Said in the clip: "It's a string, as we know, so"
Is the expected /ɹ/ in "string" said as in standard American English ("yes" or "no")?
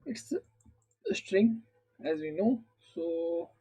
yes